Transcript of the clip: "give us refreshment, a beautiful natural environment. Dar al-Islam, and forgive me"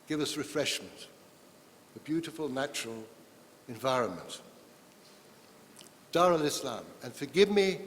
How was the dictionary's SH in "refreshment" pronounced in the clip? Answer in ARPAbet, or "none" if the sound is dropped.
SH